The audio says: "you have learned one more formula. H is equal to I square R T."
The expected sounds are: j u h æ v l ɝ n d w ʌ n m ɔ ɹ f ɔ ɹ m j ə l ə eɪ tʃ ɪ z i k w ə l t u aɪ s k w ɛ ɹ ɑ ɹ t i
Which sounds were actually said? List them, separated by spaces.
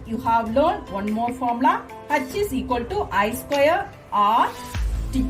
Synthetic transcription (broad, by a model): j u h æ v l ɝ n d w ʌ n m ɔ ɹ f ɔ ɹ m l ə ə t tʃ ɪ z i k w ə l t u aɪ s k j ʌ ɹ ɑ ɹ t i